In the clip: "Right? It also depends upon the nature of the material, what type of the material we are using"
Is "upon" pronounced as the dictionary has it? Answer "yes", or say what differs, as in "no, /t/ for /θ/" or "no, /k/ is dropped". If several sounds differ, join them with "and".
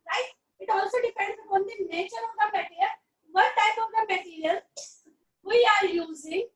no, /p/ is dropped